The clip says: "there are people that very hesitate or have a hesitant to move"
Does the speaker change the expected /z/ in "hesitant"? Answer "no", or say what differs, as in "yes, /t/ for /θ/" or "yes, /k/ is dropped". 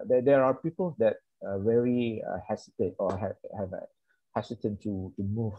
yes, /s/ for /z/